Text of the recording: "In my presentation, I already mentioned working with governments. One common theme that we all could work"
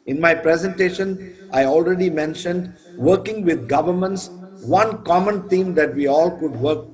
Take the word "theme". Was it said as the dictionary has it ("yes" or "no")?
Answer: no